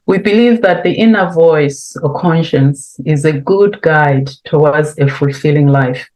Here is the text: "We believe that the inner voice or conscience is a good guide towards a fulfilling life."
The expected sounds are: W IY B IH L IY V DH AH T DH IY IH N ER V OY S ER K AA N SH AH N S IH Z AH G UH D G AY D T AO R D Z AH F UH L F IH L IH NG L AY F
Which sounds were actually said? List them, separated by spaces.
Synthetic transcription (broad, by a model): W IY B IH L IY V DH AH T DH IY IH N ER V OY S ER K AA N SH AH N S IH Z AH G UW D G AY D T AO W D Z AH F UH L F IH L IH NG L AY F